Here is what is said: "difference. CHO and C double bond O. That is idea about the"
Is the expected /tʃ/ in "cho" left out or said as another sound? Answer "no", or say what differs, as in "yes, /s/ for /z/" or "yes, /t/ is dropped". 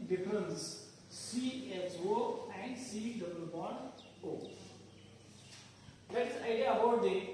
yes, /s/ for /tʃ/